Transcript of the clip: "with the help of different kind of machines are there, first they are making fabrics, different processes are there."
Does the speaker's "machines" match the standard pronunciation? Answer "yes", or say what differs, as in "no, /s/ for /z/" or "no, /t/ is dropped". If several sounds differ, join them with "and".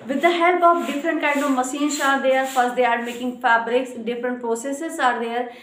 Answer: no, /s/ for /ʃ/